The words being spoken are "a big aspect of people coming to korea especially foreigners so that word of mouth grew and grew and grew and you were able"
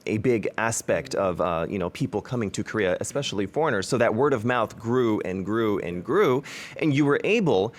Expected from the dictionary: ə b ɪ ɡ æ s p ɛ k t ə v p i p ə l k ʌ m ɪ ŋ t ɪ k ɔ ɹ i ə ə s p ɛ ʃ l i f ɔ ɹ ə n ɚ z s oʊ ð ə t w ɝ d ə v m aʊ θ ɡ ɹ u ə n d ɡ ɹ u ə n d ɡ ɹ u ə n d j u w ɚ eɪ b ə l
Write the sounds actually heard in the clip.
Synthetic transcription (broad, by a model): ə b ɪ ɡ æ s p ɛ k t ə v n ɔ p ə l k ʌ m ɪ ŋ t ɪ k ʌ ɹ i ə ə s p ɛ ʃ l i f ɔ ɹ ə n ɚ z s oʊ ð ə t w ɝ d ə v m aʊ θ ɡ ɹ u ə n ɡ ɹ u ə n ɡ ɹ u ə n j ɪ w ɚ eɪ b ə l